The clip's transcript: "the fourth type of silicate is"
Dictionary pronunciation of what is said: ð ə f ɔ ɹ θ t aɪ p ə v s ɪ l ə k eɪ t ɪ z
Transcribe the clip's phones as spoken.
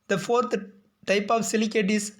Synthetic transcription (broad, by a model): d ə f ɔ ɹ t t aɪ p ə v s ɪ l ə k eɪ t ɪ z